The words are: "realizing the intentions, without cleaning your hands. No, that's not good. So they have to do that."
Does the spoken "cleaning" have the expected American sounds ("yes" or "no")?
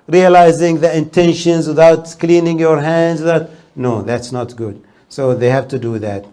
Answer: yes